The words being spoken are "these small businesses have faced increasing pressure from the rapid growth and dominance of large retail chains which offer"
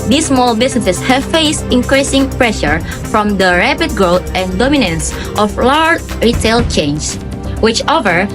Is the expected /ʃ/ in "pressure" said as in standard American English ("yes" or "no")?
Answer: yes